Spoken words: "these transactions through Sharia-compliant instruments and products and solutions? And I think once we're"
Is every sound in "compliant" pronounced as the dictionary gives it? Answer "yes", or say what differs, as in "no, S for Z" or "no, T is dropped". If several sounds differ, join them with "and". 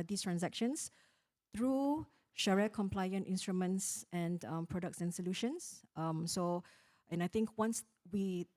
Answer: yes